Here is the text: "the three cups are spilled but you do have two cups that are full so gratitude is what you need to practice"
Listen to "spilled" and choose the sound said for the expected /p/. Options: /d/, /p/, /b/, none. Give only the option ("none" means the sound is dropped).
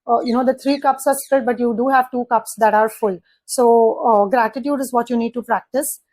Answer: none